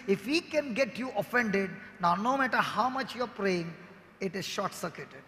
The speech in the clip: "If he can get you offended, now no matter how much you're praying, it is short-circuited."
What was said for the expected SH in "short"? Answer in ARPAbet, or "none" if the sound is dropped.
SH